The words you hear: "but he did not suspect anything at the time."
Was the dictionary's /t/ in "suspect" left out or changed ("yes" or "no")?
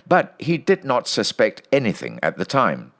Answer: no